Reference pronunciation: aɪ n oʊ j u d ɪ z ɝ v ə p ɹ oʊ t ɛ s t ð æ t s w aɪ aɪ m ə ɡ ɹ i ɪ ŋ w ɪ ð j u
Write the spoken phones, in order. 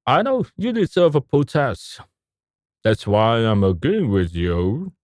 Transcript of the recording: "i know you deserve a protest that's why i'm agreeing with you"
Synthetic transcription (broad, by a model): aɪ n oʊ j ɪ d ɪ z ɝ v ə p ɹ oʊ t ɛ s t ð æ t s w aɪ aɪ m ə ɡ ɹ i ɪ ŋ w ɪ ð j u